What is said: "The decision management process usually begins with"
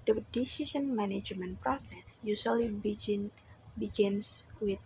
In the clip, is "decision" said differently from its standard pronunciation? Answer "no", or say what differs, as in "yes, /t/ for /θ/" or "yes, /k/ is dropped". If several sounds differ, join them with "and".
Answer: yes, /ʃ/ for /ʒ/